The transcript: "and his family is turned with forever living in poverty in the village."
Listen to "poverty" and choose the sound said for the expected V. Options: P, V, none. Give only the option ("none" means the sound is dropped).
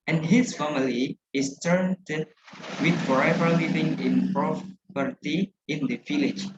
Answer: P